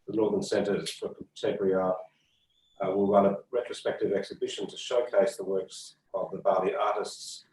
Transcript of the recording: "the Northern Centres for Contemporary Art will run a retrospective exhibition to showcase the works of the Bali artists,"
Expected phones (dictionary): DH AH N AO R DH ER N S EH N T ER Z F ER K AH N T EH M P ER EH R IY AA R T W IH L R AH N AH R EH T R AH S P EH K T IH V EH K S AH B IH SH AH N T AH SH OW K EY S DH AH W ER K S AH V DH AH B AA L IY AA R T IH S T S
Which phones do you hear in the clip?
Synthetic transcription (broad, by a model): DH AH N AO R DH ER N S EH N T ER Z F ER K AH T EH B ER R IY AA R W IH L R AH N AH R EH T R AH S P EH K T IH V EH K S AH B IH SH AH N T AH SH OW K EY S DH AH W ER K S AH V DH AH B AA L IY AA R T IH S T S